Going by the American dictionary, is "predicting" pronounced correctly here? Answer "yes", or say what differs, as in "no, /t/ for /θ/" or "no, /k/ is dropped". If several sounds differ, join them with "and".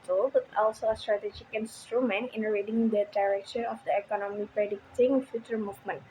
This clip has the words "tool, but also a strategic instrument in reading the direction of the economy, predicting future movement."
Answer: yes